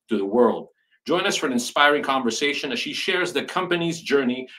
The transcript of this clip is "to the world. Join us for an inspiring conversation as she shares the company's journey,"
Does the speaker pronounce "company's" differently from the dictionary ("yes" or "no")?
no